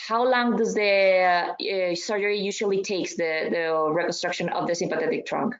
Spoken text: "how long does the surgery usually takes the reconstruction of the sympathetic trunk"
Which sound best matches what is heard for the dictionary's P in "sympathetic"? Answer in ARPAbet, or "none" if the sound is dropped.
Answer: P